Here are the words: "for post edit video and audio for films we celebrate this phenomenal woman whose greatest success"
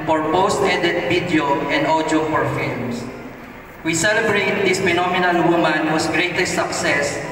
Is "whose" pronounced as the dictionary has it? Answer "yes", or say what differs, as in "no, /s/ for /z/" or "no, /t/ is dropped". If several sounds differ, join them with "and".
no, /s/ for /z/